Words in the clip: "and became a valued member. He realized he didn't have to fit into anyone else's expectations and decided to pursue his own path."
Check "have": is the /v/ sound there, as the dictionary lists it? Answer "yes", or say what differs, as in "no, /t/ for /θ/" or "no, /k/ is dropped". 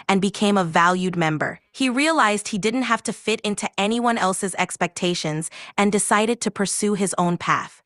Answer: no, /f/ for /v/